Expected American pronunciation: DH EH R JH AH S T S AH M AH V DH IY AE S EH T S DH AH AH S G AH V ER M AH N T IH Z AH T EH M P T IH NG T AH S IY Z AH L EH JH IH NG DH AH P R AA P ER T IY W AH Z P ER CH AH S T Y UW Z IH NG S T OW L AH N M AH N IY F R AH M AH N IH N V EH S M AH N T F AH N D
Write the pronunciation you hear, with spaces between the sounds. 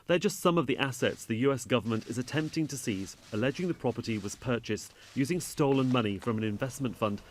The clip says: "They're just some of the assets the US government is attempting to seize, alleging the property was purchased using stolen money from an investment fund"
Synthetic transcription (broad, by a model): DH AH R JH AH S T S AH M AH V DH IY AE S EH T S DH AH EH S G AH V ER M AH N T IH Z AH T EH M P T IH NG T AH S IY Z AH L EH JH IH NG DH AH P R AA P ER T IY W AH Z P ER CH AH S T Y UW Z IH NG S T OW L AH N M AH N IY F R AH M AH N IH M V EH S M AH N T F AH N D